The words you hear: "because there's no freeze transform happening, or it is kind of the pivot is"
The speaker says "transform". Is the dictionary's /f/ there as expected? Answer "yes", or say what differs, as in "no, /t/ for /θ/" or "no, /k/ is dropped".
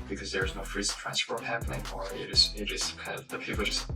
no, /p/ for /f/